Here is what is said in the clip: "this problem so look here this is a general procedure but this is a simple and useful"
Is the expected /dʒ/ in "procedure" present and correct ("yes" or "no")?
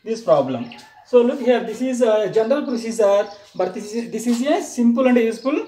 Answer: no